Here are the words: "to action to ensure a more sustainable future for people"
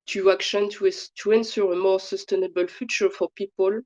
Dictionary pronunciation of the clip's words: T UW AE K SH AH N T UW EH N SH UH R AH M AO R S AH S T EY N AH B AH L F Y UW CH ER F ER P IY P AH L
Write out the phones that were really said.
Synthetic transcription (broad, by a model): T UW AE K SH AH N T UW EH N S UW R AH M AO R S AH S T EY N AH B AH L F Y UW CH ER F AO P IY P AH L